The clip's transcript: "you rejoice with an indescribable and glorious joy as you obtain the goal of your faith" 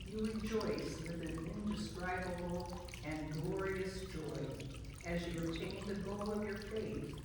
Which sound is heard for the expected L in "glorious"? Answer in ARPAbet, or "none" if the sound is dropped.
L